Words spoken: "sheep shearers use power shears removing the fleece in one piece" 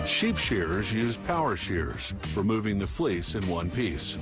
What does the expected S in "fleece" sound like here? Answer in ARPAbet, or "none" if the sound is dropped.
S